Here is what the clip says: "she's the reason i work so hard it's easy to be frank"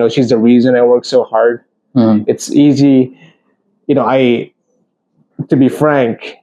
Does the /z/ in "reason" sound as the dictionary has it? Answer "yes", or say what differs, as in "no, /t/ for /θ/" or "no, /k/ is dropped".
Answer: yes